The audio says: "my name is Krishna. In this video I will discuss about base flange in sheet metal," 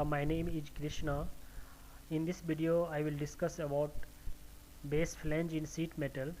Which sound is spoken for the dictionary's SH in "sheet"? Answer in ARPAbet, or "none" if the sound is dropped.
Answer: S